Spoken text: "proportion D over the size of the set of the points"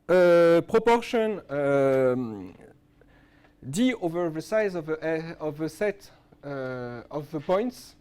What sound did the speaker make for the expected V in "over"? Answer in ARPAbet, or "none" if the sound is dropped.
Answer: V